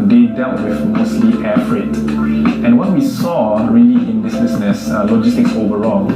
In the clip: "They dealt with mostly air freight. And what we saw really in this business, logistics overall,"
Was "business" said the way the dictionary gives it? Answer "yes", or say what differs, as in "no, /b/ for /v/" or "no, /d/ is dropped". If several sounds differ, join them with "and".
no, /s/ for /z/